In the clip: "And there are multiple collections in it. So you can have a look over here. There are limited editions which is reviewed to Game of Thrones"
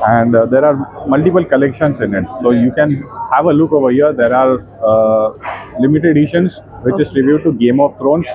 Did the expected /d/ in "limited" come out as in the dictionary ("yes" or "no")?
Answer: no